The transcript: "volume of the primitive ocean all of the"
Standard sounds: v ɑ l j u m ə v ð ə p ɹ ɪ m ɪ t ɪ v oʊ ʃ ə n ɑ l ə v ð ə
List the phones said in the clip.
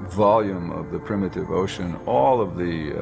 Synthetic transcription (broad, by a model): v ɑ l j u m ə v ð ə p ɹ ɪ m ɪ t ɪ v oʊ ʃ ə n ɑ l ə v ð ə